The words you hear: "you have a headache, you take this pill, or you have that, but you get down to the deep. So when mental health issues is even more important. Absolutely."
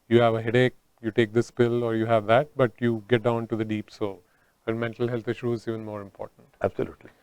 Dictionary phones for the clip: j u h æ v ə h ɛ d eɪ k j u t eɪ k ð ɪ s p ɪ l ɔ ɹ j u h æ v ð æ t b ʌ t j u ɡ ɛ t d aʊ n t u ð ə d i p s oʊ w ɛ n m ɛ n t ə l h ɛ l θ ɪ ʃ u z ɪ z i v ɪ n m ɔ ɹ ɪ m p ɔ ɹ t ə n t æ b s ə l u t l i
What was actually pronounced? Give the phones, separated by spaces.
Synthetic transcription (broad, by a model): j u h æ v ə h ɛ d eɪ k j u t eɪ k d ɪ s p ɪ l ɔ ɹ j u h æ v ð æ t b ʌ t j u ɡ ɛ t d aʊ n t u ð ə d i p s oʊ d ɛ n m ɛ n t ə l h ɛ l t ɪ ʃ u ɪ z i v ɪ n m ɔ ɹ ɪ m p ɔ ɹ t ə n t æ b s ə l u t l i